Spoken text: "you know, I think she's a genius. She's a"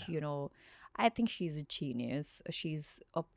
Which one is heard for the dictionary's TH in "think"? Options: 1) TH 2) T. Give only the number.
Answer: 1